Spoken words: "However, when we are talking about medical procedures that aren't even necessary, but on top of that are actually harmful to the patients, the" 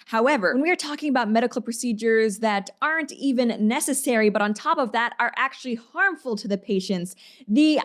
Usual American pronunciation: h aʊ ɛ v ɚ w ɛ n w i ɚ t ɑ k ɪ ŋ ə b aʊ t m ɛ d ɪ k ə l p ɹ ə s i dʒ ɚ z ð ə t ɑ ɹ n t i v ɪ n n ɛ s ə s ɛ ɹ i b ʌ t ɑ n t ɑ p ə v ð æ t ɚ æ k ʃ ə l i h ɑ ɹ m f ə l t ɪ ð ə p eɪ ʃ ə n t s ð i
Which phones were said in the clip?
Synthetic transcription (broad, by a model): h aʊ ɛ v ɚ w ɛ n w i ɚ t ɑ k ɪ ŋ ə b aʊ t m ɛ d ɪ k l p ɹ ə s i dʒ ɚ z ð ə t ɑ ɹ n t i v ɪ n n ɛ s ə s ɛ ɹ i b ʌ t n t ɑ p ə v ð æ t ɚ æ k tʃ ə l i h ɑ ɹ m f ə l t ɪ ð ə p eɪ ʃ ə n t s ð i